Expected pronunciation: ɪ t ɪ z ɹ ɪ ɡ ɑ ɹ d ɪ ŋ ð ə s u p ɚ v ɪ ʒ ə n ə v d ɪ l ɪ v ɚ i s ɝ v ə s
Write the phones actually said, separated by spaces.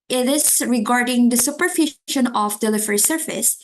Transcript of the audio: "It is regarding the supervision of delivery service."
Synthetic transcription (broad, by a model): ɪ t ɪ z ɹ ɪ ɡ ɑ ɹ d ɪ ŋ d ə s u p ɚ f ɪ ʃ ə n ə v d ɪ l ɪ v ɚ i s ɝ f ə s